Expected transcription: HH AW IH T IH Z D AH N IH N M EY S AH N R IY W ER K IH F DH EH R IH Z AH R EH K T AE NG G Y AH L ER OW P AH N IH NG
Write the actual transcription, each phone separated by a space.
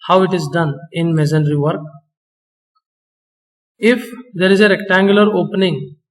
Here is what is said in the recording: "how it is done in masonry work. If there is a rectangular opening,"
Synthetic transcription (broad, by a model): HH AW IH T IH Z D AH N IH N M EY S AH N R IY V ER K IH F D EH R IH Z AH R EH K T AE NG G Y AH L ER OW P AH N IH NG